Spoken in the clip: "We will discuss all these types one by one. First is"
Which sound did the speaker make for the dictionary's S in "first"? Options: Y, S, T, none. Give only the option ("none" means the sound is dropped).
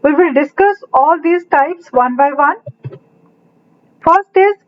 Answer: S